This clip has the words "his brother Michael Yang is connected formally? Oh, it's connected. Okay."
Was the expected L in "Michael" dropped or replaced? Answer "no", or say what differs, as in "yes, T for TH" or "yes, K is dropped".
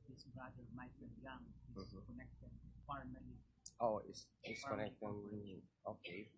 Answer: yes, N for L